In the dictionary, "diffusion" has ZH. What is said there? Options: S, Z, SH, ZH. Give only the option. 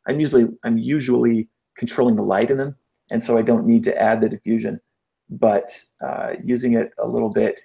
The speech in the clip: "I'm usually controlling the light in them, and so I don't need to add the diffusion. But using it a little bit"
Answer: ZH